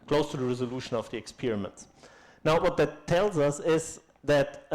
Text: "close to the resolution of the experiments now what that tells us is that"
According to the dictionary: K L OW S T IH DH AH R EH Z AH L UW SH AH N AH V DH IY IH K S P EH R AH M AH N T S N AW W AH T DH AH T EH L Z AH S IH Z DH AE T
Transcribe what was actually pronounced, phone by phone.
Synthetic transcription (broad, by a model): K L OW S T IH DH AH R EH Z AH L UW SH AH N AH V DH IY IH K S P EH R AH M AH N T S N AW W AH T DH AH T EH L Z AH S IH Z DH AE T